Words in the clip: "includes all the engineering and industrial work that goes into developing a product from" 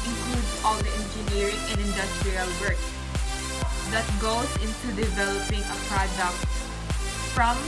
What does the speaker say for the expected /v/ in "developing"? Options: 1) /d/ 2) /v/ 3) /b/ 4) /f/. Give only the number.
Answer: 2